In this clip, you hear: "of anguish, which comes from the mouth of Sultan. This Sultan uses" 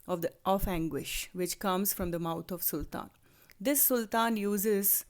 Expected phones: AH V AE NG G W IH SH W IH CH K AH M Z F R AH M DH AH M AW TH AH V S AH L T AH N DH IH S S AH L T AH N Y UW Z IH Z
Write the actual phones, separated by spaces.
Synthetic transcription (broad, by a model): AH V AE NG G W IH SH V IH CH K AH M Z F R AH M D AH M AW T AH V S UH L T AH N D IH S S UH L T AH N Y UW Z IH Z